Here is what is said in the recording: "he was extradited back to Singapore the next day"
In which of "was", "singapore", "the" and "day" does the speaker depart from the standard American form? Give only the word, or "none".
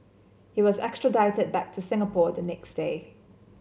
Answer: none